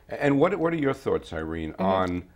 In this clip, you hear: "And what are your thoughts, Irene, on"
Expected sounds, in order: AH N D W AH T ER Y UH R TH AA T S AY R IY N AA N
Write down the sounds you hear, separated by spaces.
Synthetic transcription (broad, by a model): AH N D W AH T ER Y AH R TH AA T S AY R IY N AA N